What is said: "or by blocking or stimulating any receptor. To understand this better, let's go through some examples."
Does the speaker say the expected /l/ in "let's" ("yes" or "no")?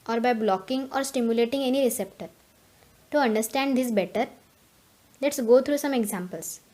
yes